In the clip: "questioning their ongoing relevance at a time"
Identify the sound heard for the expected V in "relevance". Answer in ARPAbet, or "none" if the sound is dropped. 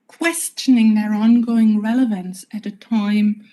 V